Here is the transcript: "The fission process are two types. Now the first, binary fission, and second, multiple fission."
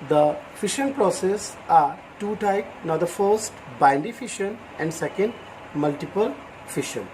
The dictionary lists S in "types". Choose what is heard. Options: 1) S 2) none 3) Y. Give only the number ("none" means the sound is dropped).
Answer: 2